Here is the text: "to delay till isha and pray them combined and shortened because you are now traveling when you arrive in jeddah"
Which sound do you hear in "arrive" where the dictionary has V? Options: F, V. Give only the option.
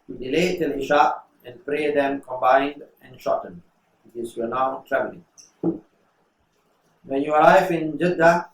F